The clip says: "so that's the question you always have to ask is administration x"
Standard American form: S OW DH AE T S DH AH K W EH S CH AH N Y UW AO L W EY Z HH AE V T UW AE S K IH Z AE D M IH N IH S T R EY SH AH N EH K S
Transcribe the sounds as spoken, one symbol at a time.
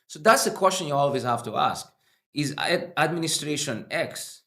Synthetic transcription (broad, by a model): S OW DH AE T S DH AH K W EH S CH AH N Y UW AO L W EY Z HH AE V T UW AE S K IH Z AE D M IH N IH S T R EY SH AH N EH K S